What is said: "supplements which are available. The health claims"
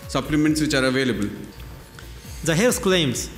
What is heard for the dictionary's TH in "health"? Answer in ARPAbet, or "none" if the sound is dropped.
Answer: S